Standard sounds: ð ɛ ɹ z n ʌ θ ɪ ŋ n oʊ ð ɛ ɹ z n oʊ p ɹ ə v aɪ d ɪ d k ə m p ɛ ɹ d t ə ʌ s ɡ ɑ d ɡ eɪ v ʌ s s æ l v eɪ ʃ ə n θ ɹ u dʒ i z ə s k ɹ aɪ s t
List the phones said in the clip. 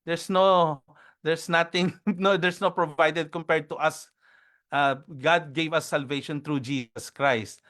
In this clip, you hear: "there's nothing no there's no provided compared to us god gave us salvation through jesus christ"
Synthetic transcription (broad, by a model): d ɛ ɹ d n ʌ t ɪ ŋ n oʊ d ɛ ɹ s n oʊ p ɹ ə v aɪ d ɪ d k ə m p ɛ ɹ d t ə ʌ s ɡ ɑ d ɡ eɪ v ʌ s s æ l v eɪ ʃ ə n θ ɹ u dʒ i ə s k ɹ aɪ s t